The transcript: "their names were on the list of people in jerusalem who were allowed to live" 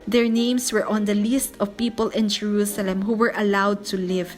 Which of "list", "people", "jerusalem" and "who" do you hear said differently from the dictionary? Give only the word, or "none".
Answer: none